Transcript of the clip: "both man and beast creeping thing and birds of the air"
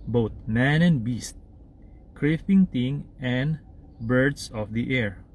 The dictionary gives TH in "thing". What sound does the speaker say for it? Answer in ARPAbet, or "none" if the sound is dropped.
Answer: T